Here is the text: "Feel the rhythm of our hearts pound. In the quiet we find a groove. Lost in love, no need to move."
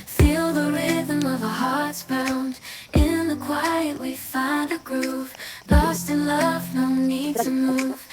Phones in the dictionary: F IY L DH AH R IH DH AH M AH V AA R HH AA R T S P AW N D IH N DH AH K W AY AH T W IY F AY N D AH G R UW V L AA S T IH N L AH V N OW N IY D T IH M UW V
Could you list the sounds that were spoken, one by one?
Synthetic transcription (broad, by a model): F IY L DH AH R IH DH AH M AH V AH HH AA R T S B AW N D IH N DH AH K W AY AH T W IY F AY N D AH G R UW V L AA S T IH N L AH V N OW N IY D T IH M UW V